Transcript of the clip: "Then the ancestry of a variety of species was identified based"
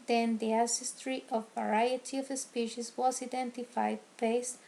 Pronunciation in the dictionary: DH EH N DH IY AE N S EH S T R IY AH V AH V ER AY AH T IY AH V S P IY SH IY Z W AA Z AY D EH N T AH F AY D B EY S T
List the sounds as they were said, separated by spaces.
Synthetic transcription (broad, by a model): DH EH N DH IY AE S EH S T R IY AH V V ER AY AH T IY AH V S P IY SH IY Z W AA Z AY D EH N T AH F AY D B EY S